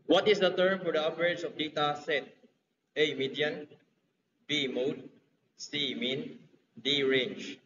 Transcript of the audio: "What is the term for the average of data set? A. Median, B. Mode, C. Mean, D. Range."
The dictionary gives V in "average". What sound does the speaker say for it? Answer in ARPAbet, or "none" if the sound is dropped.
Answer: P